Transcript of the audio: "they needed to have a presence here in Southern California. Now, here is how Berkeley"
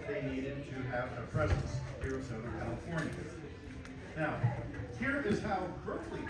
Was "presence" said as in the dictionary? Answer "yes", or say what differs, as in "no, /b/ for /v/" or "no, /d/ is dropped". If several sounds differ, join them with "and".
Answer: yes